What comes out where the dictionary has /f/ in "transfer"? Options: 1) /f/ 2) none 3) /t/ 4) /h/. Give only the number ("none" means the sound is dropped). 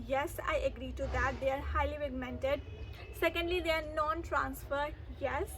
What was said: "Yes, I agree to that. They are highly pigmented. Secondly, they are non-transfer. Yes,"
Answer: 1